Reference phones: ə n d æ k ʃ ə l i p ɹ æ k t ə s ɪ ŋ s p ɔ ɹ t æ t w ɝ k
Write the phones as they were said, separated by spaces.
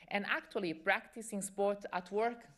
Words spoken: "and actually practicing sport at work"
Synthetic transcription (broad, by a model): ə n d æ k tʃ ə l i p ɹ æ k t ə s ɪ ŋ s p ɔ ɹ t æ t w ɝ k